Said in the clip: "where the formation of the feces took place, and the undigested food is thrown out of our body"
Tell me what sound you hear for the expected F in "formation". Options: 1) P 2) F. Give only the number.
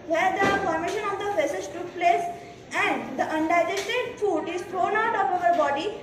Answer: 1